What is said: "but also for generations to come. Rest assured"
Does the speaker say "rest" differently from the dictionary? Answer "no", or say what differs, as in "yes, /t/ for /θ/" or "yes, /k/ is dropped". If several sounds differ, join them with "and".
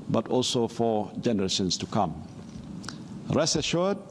yes, /t/ is dropped